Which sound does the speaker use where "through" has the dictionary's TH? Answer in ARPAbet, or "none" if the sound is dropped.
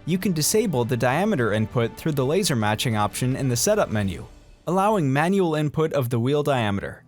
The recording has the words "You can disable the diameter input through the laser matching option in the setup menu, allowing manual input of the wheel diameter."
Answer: TH